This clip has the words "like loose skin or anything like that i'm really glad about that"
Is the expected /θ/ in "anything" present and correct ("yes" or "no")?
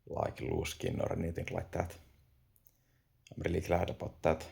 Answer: no